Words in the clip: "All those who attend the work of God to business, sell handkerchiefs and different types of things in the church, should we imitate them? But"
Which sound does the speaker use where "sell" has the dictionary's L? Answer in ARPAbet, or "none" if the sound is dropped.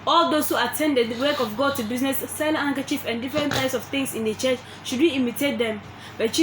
N